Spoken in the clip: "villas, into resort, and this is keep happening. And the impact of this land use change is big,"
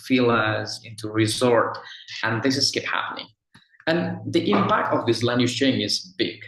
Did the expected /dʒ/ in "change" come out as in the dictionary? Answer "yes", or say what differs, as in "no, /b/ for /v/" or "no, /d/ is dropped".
no, /dʒ/ is dropped